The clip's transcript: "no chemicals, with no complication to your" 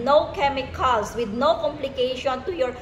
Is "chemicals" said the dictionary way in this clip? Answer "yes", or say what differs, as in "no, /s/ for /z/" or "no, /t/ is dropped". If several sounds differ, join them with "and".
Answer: no, /l/ is dropped